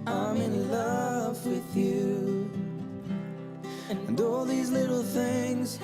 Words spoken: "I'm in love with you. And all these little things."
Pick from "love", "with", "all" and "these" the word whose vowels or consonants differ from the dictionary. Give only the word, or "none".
none